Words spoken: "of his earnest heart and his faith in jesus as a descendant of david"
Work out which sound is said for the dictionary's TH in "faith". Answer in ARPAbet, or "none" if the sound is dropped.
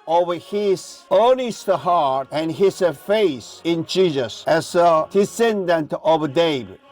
S